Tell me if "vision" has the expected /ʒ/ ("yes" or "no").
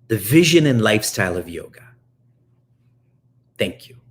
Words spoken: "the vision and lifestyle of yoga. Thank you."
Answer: yes